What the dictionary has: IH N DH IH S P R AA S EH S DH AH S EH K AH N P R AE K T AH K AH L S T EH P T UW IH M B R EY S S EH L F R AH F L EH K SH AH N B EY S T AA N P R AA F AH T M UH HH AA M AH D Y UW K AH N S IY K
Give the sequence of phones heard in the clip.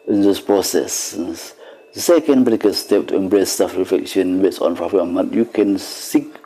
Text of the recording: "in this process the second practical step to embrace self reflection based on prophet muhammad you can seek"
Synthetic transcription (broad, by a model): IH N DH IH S P R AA S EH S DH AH S EH K AH N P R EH T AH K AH S T EH P T UW IH M B R EY S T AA F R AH F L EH K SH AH N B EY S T AA N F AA AH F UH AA M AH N Y UW K AH N S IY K